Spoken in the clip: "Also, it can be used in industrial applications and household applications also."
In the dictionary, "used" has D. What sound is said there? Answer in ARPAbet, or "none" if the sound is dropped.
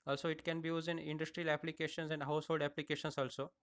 none